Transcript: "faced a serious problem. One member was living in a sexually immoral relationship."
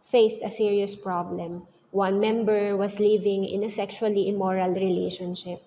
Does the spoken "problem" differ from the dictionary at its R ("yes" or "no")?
no